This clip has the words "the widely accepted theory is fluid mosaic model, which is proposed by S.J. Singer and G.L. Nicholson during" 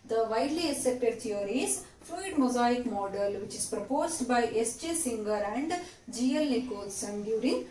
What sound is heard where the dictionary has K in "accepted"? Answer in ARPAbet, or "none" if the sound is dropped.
none